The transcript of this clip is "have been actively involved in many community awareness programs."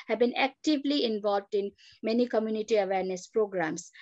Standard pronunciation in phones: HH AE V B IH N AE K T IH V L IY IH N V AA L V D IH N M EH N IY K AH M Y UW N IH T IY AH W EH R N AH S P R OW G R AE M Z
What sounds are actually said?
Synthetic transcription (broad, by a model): HH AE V B IH N AE K T IH V L IY IH N V AA L V D IH N M EH N IY K AH M Y UW N IH T IY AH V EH R N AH S P R OW G R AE M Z